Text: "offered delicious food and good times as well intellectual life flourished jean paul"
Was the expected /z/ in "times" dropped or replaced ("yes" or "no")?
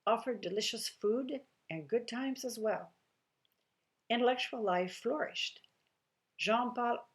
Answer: no